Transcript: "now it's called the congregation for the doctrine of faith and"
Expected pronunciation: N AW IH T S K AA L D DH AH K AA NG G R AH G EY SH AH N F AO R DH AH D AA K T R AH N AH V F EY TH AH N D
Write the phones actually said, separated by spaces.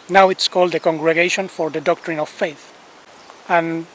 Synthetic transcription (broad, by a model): N AW IH T S K AA L D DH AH K AA NG G R AH G EY SH AH N F AO R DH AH D AA K T R AH N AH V F EY TH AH N